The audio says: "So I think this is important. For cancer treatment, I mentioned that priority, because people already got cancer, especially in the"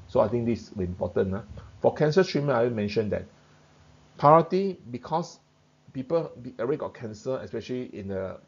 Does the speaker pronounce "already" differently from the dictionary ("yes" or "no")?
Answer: yes